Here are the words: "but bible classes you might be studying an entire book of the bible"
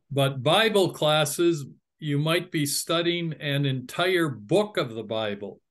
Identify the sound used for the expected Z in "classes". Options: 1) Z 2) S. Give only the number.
1